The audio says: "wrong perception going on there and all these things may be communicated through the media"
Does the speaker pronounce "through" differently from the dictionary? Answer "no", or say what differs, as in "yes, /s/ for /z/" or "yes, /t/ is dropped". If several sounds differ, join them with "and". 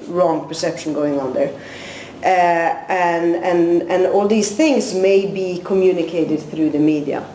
no